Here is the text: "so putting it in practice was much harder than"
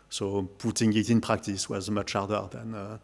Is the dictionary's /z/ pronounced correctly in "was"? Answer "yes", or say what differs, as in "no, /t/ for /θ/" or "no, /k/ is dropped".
yes